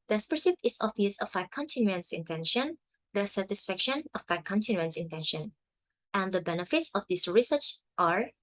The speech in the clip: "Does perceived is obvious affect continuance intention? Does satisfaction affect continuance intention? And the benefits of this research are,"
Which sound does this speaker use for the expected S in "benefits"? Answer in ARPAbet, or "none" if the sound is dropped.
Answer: S